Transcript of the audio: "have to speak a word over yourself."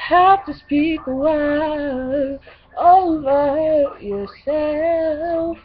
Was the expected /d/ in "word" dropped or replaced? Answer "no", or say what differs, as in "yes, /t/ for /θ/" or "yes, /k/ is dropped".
yes, /d/ is dropped